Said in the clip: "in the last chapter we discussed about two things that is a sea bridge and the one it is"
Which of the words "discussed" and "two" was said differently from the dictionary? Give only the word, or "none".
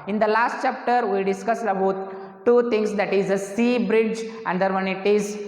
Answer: discussed